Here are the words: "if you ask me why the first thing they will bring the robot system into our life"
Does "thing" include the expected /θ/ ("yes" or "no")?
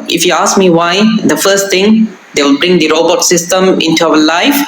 no